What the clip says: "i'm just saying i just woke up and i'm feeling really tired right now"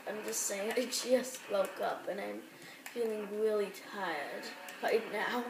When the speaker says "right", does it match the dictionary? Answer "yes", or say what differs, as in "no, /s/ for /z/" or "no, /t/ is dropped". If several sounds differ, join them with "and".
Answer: no, /l/ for /ɹ/